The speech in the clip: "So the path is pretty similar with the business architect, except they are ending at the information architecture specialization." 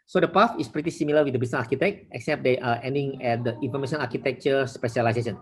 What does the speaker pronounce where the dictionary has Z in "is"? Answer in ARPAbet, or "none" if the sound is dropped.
S